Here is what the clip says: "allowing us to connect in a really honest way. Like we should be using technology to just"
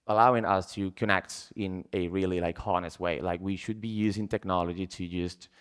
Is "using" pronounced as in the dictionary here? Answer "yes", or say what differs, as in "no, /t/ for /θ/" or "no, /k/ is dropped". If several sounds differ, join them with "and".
yes